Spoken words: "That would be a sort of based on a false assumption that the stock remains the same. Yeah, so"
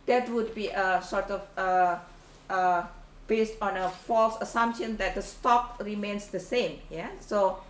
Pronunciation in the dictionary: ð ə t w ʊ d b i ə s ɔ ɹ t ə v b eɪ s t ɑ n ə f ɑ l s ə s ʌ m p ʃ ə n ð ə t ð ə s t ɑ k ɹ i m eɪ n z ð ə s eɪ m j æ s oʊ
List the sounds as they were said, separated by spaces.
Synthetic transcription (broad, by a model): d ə t w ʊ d b i ə s ɔ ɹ t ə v b eɪ s t ɑ n ə f ɑ l s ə s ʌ m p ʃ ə n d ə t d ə s t ɑ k ɹ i m eɪ n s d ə s eɪ m j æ s oʊ